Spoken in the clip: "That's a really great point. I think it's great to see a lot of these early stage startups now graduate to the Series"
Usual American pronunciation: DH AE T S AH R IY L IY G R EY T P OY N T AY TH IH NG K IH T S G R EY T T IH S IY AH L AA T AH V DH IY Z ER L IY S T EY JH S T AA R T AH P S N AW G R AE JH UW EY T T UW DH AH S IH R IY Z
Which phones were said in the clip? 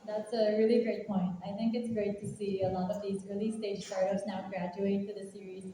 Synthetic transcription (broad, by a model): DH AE T S AH R IY L IY G R EY T P OY N T AY TH IH NG K IH T S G R EY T T IH S IY AH L AA T AH V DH IY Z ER L IY S T EY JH S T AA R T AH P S N AW G R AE JH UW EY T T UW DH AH S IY R IY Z